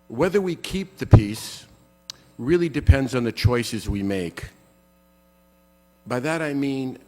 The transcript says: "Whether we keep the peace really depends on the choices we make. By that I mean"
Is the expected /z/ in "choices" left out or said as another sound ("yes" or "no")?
no